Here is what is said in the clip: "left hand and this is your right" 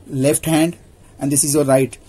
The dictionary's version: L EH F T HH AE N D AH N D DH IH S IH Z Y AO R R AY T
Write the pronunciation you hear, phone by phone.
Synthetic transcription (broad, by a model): L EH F T HH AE N D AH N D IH S IH Z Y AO L R AY T